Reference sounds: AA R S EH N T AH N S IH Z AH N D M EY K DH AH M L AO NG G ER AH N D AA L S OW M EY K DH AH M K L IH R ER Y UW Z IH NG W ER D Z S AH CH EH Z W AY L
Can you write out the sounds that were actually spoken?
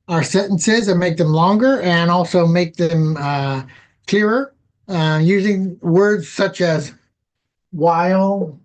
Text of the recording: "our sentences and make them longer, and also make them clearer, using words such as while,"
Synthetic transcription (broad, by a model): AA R S EH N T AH N S IH Z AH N M EY K DH AH M L AO NG G ER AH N AA L S OW M EY K DH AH M K L IH R ER Y UW Z IH NG W ER D Z S AH CH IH Z W AY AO